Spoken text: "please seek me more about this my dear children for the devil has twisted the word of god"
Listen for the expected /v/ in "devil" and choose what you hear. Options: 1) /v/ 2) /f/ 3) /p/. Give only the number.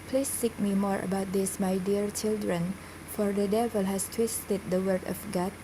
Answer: 1